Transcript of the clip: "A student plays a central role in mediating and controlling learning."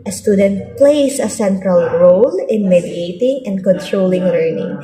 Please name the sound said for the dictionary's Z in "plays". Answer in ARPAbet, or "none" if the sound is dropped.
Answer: S